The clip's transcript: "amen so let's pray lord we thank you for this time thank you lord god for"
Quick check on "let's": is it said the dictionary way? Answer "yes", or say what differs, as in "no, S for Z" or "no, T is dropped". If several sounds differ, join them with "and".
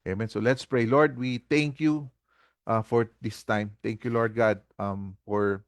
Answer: yes